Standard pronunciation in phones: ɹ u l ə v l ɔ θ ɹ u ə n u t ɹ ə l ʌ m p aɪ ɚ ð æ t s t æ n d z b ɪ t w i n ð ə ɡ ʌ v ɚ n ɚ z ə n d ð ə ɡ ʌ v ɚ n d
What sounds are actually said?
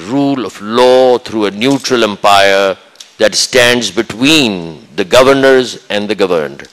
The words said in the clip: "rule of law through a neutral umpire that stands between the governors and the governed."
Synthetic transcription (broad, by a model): ɹ u l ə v l ɔ t ɹ u ə n u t ɹ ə l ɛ m p aɪ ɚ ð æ t s t æ n d z b ɪ t w i n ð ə ɡ ʌ v ɚ n ɚ z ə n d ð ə ɡ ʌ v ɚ n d